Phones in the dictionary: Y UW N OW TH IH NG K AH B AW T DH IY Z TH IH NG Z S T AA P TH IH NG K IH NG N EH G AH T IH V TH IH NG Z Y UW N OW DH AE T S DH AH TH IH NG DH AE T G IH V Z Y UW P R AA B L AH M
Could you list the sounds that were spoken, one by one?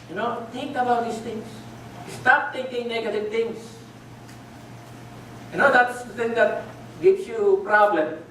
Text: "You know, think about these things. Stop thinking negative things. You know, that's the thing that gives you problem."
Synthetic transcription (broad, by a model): Y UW N OW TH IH NG K AH B AW T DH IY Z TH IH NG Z S T AA P T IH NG K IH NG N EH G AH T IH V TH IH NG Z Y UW N OW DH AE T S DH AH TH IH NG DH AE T G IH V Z Y UW P R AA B L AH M